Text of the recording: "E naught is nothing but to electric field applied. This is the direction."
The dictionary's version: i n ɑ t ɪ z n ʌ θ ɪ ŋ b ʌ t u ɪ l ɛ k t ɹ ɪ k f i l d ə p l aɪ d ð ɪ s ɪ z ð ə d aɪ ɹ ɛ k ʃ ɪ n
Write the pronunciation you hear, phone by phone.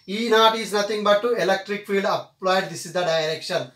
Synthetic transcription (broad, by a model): i n ɑ t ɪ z n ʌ t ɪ ŋ b ʌ t u ɪ l ɛ k t ɹ ɪ k f i l d ə p l aɪ d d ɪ s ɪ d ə d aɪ ɹ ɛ k ʃ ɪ n